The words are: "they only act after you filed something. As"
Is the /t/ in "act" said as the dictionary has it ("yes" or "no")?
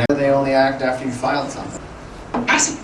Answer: yes